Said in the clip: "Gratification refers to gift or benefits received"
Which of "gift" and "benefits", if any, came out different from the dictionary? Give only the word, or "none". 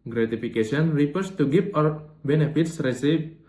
gift